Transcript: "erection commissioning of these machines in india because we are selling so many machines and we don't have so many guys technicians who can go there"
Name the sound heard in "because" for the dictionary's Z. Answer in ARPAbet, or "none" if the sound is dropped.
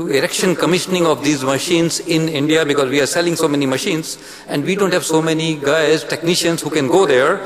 Z